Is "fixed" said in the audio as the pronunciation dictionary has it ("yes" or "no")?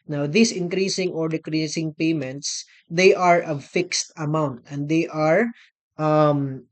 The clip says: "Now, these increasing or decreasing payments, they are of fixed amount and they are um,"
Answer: yes